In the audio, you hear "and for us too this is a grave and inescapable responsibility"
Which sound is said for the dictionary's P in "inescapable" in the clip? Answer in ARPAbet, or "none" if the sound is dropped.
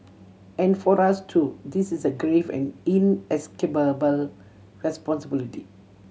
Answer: B